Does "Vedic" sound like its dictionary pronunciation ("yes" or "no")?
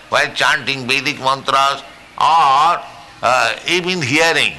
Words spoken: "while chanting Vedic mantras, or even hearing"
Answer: no